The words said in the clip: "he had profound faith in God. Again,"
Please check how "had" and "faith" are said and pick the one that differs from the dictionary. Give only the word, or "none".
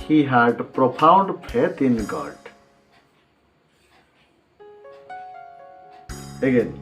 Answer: faith